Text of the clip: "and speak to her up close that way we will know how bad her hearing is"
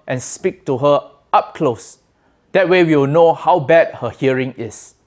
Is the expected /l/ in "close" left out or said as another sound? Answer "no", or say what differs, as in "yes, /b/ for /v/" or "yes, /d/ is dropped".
no